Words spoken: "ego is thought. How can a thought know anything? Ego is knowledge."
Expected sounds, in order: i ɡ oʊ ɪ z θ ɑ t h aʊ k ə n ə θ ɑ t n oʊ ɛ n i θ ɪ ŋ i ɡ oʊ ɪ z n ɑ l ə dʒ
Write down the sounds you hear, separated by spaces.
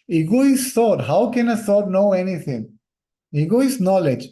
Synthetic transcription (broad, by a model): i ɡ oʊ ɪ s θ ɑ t h aʊ k ə n ə s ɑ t n oʊ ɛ n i t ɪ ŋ i ɡ oʊ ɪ s n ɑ l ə dʒ